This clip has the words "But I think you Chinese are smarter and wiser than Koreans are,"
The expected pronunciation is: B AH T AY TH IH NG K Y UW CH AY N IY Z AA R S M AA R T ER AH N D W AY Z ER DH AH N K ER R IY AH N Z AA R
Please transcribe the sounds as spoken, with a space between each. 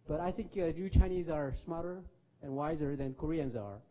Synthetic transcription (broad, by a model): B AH T AY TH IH NG K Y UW CH AY N IY Z AA R S M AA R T ER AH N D W AY Z ER DH AH N K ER R IY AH N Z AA R